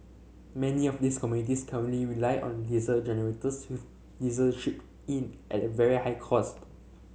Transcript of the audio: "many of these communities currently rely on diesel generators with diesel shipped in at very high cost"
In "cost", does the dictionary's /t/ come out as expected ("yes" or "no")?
yes